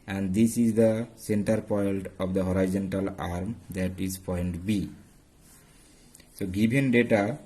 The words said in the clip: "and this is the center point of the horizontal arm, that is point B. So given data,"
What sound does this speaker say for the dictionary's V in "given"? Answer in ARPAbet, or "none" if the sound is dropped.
B